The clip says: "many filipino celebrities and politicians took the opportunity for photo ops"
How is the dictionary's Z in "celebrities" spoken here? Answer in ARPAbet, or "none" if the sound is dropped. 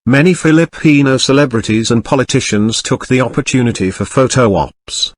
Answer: Z